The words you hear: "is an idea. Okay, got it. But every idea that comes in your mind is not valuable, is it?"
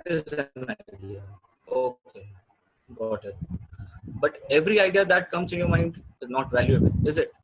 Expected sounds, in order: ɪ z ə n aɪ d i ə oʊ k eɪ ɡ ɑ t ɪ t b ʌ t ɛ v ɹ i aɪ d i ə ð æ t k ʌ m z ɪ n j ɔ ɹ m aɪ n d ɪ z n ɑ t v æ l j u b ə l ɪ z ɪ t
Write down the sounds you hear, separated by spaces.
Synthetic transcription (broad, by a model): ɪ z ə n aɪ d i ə oʊ k eɪ ɡ ɑ t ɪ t b ʌ t ɛ v ɹ i aɪ d i ə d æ t k ʌ m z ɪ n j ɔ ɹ m aɪ n d ɪ z n ɑ t v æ l j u ə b ɪ z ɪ t